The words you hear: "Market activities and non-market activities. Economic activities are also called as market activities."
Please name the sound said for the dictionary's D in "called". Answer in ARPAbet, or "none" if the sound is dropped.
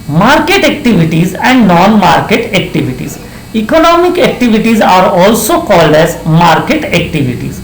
D